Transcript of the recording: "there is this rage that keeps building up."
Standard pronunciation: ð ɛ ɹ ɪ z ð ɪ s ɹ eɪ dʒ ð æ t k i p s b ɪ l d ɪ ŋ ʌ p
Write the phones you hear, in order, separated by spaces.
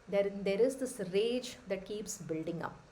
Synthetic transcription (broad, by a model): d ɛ ɹ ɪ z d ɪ s ɹ eɪ dʒ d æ t k i p s b ɪ l d ɪ ŋ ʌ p